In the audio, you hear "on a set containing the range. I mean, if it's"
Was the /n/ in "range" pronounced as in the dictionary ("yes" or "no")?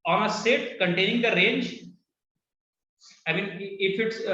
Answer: yes